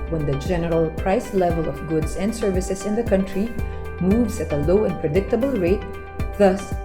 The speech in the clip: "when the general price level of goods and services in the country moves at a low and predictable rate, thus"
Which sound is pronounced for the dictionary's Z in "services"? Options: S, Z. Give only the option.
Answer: S